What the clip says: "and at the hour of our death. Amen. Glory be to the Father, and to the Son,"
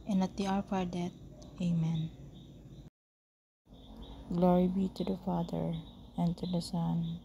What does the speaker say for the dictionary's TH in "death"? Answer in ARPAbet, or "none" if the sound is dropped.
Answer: T